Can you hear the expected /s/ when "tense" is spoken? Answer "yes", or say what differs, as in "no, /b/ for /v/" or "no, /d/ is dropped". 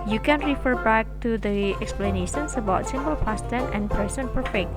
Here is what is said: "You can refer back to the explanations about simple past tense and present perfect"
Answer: no, /s/ is dropped